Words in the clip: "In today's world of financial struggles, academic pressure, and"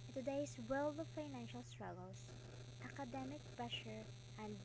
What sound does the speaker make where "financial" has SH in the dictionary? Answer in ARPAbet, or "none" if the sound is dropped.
SH